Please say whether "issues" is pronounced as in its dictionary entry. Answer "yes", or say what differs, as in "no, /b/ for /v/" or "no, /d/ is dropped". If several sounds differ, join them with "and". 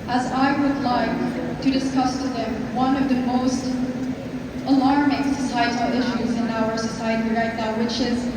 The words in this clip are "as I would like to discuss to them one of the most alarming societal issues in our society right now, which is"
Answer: yes